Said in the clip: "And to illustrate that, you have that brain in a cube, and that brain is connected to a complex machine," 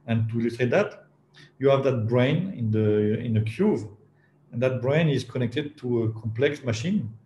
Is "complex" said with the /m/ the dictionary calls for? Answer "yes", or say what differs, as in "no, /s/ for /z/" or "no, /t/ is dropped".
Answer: yes